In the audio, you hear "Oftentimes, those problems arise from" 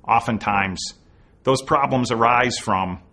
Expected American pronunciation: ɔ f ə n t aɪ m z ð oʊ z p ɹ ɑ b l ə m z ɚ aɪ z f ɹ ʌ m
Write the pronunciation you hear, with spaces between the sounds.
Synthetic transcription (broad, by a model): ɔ f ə n t aɪ m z ð oʊ z p ɹ ɑ b l ə m z ɚ aɪ z f ɹ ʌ m